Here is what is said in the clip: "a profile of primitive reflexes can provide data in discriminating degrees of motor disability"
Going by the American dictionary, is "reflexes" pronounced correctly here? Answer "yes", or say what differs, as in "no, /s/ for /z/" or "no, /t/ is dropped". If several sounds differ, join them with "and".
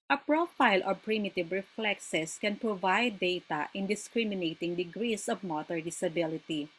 no, /s/ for /z/